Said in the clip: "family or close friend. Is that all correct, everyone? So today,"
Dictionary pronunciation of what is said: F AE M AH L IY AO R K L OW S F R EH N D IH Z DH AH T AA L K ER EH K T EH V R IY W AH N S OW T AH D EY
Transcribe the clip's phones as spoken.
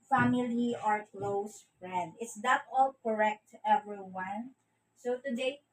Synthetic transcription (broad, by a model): F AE M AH L IY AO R K L OW S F R EH N D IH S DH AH T AA L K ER EH K T EH V R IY W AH N S OW T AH D EY